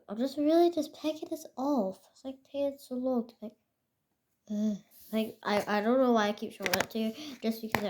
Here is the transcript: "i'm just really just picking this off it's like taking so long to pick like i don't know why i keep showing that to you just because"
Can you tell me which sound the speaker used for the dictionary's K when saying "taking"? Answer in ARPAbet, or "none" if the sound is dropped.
none